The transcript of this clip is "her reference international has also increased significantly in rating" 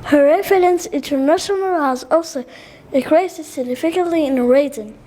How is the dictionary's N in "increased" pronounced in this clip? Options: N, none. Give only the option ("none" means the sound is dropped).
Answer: none